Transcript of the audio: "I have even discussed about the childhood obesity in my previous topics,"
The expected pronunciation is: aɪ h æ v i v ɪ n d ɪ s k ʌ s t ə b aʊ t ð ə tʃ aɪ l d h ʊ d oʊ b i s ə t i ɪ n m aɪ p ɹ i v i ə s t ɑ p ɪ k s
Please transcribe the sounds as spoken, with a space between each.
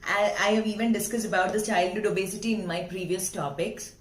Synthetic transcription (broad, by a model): aɪ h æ v i v ɪ n d ɪ s k ʌ s t ə b aʊ t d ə tʃ aɪ l d h ʊ d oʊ b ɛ s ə t i ɪ n m aɪ p ɹ i v i ə s t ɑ p ɪ k s